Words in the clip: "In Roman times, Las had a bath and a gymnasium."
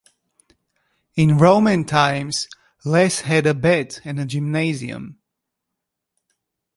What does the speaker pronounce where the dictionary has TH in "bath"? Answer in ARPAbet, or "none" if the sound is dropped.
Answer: T